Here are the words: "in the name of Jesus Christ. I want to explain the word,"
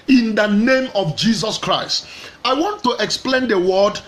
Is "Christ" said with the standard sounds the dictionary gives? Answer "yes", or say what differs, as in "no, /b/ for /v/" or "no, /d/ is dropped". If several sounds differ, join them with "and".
yes